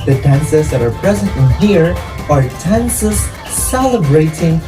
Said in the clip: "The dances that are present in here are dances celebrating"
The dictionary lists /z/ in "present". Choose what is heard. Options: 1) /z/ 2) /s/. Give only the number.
1